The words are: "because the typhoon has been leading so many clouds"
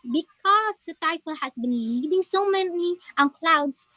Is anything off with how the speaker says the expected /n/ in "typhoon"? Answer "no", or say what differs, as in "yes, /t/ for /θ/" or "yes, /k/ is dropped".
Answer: yes, /l/ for /n/